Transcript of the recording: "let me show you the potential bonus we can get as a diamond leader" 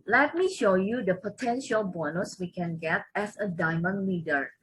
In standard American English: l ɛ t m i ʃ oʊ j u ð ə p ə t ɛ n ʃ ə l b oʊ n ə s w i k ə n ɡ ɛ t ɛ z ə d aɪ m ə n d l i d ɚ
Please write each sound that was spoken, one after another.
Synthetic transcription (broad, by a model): l ɛ t m i ʃ oʊ j u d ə p ə t ɛ n ʃ ə l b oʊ n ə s w i k ə n ɡ ɛ t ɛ s ə d aɪ m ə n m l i d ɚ